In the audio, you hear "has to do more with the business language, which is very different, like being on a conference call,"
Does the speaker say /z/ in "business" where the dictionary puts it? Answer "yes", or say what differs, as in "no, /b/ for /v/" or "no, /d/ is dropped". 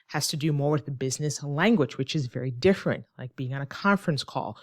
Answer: yes